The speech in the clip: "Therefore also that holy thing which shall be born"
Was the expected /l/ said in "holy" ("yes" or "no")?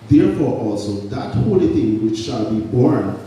no